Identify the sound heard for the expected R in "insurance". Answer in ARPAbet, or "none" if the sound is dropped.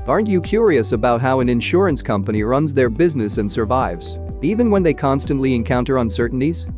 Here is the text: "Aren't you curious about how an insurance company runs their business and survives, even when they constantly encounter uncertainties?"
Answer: R